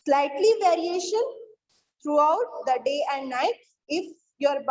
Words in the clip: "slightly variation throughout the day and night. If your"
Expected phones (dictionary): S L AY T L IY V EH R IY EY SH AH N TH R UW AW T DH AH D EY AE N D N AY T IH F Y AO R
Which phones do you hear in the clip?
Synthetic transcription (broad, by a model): S L AY T L IY V EH R IY EY SH AH N T R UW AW T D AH D EY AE N D N AY T IH F Y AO R